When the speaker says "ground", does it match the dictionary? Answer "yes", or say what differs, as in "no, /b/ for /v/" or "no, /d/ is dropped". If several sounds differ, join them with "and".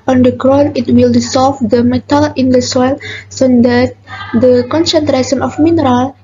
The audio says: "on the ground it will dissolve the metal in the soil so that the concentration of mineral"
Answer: no, /d/ is dropped